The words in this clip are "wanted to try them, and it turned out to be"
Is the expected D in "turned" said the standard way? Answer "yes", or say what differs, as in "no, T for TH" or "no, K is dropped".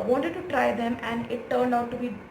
yes